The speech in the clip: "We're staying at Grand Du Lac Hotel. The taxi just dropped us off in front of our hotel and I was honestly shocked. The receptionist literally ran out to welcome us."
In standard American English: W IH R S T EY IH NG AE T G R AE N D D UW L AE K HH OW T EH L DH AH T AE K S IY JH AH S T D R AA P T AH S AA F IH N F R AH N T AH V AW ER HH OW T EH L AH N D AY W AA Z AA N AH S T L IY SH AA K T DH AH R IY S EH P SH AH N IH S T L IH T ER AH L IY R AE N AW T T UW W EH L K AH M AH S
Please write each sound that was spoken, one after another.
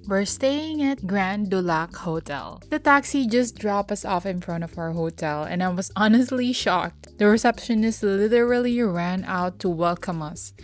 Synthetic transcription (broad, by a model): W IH R S T EY IH NG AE T G R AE N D D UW L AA K HH OW T EH L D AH T AE K S IY JH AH S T D R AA P AH S AA F IH N F R AH N T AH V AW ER HH OW T EH L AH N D AY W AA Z AA N AH S T L IY SH AA K T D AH R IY S EH P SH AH N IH S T L IH T ER AH L IY R AE N AW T T UW W EH L K AH M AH S